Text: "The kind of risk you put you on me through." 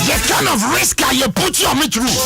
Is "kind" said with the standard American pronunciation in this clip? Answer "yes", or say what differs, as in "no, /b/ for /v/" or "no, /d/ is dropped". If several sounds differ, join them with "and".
no, /d/ is dropped